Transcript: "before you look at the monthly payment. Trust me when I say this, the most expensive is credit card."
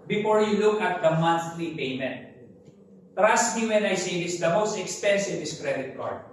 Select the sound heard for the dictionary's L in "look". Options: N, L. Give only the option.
L